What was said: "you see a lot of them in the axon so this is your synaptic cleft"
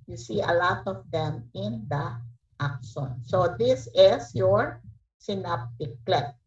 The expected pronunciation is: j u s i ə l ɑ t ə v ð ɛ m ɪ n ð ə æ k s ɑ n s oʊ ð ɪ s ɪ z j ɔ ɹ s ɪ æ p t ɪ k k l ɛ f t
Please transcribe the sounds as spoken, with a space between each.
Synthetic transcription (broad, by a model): j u s i ə l ɑ t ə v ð ɛ m ɪ n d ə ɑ k ʃ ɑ n s oʊ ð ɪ s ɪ s j ɔ ɹ s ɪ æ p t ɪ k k l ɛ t